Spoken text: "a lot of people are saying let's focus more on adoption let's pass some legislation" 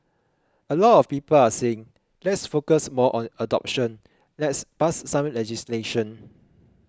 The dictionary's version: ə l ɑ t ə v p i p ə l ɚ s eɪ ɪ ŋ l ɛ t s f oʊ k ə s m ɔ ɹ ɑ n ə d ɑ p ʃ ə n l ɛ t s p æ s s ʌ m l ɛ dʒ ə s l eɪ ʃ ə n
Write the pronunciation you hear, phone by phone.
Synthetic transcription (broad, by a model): ə l ɑ t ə f p i p ə l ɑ s eɪ ɪ ŋ l ɛ t s f oʊ k ə s m ɔ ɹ ɑ n ə d ɑ p ʃ ə n l ɛ t s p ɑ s s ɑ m l ɛ dʒ ə s l eɪ ʃ ə n